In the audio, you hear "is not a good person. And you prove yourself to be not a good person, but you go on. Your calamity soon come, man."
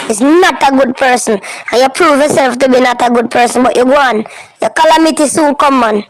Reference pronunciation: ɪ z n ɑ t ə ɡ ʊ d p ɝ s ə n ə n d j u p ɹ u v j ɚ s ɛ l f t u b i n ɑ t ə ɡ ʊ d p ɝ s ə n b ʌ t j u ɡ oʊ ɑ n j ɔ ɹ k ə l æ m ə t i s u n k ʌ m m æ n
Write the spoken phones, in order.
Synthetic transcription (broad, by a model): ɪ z n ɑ t ə ɡ ʊ d p ɝ s ə n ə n j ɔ p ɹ u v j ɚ s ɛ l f t u b i n ɑ t ə ɡ ʊ d p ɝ s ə n b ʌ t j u ɡ oʊ ɑ n j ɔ k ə l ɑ m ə t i s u l k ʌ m m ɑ n